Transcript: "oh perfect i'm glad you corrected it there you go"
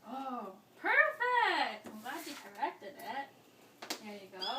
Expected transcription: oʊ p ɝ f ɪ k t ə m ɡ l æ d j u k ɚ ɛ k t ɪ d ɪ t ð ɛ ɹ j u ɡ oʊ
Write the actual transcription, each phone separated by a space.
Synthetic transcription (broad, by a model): oʊ p ɝ f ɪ k t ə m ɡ ɑ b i k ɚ ɛ k t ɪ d ɪ t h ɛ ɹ j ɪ ɡ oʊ